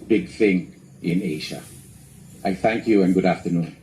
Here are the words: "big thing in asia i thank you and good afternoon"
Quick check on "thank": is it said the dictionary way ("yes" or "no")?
yes